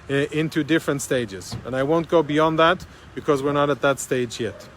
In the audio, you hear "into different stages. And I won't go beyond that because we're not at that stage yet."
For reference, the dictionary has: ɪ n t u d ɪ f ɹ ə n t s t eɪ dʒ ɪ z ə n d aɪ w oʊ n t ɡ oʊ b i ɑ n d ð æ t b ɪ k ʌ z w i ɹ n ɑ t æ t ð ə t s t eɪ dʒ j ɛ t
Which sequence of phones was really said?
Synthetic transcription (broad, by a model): ɪ n t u d ɪ f ɹ ə n t s t eɪ dʒ ɪ z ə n aɪ w oʊ n t ɡ oʊ b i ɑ n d ð æ t b ɪ k ʌ z w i ɹ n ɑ t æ t ð ə t s t eɪ dʒ j ɛ t